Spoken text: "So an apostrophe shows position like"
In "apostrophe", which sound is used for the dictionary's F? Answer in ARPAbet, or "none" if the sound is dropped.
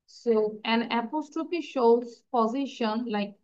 P